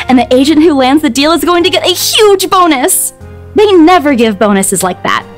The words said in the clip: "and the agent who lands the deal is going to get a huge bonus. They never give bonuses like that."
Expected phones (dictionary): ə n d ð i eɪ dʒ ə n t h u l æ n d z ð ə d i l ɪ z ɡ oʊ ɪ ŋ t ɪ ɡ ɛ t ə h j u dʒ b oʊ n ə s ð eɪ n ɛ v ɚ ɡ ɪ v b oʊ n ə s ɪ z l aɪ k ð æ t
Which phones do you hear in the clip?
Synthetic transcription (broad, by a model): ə n ð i eɪ dʒ ə n t h u l æ n d z ð ə d i l ɪ z ɡ oʊ ɪ ŋ t ɪ ɡ ɛ t ə h j u dʒ b oʊ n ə s ð eɪ n ɛ v ɚ ɡ ɪ v b oʊ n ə s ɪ z l aɪ k ð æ t